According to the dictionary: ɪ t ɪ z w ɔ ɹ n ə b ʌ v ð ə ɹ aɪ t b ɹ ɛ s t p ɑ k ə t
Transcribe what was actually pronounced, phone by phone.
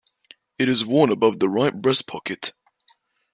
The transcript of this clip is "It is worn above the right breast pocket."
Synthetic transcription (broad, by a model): ɪ t ɪ z w ɔ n ə b ʌ v ð ə ɹ aɪ t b ɹ ɛ s p ɑ k ə t